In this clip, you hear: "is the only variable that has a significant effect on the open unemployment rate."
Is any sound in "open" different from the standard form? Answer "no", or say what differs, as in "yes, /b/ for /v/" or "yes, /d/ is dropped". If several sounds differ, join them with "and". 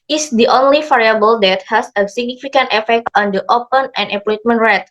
no